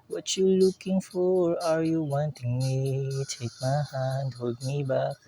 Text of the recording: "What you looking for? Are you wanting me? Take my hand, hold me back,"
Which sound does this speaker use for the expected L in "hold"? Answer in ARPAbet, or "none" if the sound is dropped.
none